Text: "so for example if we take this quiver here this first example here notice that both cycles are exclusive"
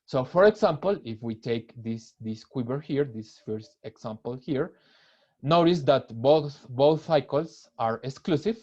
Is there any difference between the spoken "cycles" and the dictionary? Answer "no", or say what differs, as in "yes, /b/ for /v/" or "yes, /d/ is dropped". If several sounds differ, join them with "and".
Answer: yes, /θ/ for /s/ and /s/ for /z/